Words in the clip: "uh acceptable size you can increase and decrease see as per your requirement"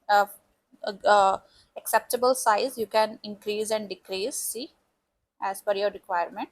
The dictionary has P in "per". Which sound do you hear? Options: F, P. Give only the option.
F